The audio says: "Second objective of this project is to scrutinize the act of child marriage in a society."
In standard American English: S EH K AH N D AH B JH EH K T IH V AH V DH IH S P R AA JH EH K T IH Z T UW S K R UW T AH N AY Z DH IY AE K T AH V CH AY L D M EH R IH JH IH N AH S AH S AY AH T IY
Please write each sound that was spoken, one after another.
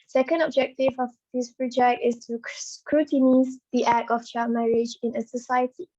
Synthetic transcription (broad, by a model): S EH K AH N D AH B JH EH K T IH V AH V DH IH S P R AA JH EH K T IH S T UW S K R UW T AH N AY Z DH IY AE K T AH F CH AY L M EH R IH JH IH N AH S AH S AY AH T IY